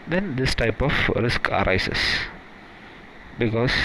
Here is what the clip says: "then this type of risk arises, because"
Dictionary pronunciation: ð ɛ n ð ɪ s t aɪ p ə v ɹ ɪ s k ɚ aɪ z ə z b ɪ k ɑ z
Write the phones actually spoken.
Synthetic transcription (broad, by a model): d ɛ n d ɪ s t aɪ p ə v ɹ ɪ s k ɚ aɪ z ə s b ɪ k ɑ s